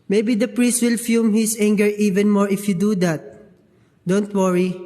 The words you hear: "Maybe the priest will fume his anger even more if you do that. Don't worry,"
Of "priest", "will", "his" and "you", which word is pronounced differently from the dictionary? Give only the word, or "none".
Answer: his